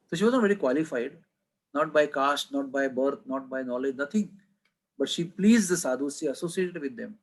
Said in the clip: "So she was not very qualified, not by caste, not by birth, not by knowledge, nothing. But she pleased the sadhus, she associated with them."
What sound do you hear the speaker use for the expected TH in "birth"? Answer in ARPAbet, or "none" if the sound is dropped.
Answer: T